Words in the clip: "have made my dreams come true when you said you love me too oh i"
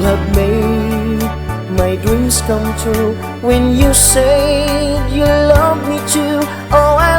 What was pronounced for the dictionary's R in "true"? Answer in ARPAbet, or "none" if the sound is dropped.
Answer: none